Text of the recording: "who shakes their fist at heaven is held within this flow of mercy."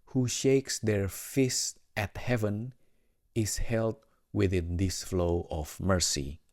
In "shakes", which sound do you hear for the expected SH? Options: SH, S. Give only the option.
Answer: SH